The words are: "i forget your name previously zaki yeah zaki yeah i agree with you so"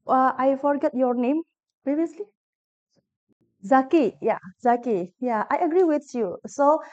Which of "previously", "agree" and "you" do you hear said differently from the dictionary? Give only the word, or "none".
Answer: none